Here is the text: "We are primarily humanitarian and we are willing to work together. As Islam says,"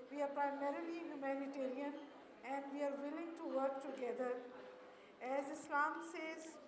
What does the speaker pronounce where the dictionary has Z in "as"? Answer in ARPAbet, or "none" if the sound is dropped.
Z